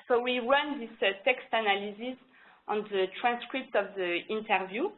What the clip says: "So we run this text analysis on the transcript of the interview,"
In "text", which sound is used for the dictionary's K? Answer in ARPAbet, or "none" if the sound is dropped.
K